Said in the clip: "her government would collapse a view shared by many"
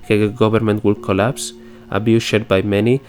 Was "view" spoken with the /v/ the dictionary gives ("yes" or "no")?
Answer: no